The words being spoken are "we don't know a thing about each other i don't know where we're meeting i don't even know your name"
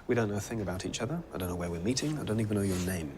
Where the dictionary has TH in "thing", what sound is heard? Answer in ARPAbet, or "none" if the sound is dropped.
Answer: TH